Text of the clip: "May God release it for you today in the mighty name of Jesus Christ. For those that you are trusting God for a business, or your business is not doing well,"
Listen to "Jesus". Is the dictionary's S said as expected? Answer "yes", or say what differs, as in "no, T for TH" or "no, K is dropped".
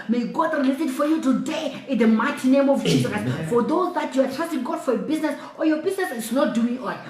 no, S is dropped